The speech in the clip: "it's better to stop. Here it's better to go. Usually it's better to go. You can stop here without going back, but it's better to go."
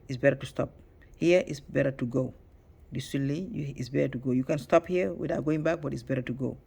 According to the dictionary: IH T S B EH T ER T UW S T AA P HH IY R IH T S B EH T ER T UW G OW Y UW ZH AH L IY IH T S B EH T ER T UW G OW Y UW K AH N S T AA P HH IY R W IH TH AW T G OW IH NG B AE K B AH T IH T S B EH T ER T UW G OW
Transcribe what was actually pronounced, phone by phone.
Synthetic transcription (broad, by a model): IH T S B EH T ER T UW S T AA P HH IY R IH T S B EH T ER T UW G OW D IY S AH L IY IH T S B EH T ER T UW G OW Y UW K AH N S T AA P HH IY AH W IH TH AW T G OW IH NG B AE K B AH T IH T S B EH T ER T UW G OW